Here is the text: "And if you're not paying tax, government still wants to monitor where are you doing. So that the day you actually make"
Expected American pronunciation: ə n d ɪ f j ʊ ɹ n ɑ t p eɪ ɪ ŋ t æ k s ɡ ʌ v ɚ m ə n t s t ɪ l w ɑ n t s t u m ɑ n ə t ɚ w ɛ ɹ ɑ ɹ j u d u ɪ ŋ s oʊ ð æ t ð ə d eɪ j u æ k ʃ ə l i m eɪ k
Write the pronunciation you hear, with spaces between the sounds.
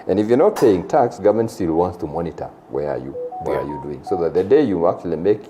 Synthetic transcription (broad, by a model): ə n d ɪ f j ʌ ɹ n ɑ t p eɪ ɪ ŋ t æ k s ɡ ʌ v m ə n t s t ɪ l w ɑ n t s t u m ɑ n ə t ɚ w ɛ ɹ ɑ w j u d u ɪ ŋ s oʊ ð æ t ð ə d eɪ j u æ k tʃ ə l i m eɪ k